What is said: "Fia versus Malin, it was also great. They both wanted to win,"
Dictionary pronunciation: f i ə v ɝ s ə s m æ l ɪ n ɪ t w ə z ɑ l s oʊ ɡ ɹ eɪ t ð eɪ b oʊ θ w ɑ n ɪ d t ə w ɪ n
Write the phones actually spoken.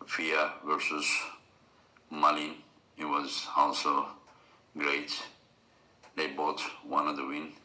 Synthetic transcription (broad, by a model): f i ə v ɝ s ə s m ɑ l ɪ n ɪ t w ə z ɑ l s oʊ ɡ ɹ eɪ t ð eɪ b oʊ t w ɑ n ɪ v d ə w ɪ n